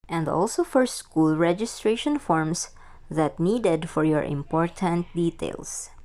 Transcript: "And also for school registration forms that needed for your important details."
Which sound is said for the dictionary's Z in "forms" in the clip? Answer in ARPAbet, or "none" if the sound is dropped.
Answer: S